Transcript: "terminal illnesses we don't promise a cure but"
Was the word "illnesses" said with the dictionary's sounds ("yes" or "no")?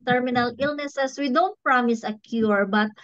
no